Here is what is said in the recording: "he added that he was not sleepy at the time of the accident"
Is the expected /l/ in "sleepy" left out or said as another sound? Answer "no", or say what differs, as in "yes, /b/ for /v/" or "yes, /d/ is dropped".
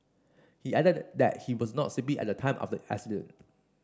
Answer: yes, /l/ is dropped